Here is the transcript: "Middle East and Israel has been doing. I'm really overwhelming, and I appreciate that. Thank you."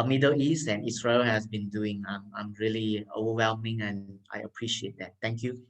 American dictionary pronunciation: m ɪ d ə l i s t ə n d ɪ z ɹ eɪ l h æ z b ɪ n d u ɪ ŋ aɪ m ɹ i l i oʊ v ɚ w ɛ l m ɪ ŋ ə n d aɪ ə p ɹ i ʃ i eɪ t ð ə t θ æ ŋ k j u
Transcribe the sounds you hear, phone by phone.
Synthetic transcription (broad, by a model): m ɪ d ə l i s t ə n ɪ s ɹ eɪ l h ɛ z b ɪ n d u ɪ ŋ aɪ m ɹ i l i oʊ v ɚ w ɛ l m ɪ ŋ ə n aɪ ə p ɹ i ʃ i eɪ t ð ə t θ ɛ ŋ k j u